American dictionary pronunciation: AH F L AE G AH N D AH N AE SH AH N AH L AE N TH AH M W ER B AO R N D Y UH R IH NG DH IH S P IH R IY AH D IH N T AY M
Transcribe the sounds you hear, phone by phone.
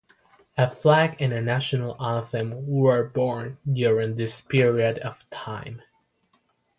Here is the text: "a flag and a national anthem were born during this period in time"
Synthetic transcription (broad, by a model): AH F L AE G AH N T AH N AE SH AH N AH L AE TH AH M W ER B AO R N D Y UH R IH NG DH IH S P IH R IY AH D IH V T AY M